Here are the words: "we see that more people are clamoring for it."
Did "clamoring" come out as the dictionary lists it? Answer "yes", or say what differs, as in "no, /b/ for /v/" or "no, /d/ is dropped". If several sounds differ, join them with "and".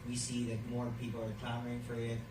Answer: no, /l/ is dropped